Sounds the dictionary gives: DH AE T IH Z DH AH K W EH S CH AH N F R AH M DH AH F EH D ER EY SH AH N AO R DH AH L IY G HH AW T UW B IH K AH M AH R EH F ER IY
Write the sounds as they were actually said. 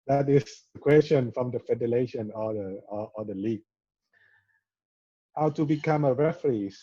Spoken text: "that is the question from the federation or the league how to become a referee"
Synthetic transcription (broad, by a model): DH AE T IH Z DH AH K W EH S CH AH N F R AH M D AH F EH D ER EY SH AH N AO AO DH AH L IY G HH AW T UW B IH K AH M AH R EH F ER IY